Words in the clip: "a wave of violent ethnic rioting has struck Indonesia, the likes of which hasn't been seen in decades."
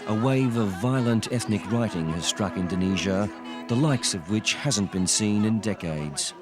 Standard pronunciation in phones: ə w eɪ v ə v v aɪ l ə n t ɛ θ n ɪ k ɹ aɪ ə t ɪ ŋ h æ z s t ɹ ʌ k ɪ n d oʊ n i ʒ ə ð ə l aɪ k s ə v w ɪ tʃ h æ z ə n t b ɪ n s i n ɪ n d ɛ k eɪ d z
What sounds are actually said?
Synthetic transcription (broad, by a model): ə w eɪ v ə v v aɪ l ə n t ɛ θ n ɪ k ɹ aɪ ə t ɪ ŋ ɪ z s t ɹ ʌ k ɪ n d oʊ n i ʒ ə ð ə l aɪ k s ə v w ɪ tʃ h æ z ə n b ɪ n s i n ɪ n d ɛ k eɪ d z